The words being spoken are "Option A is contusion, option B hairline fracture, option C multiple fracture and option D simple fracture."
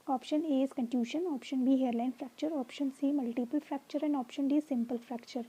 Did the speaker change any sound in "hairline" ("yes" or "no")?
no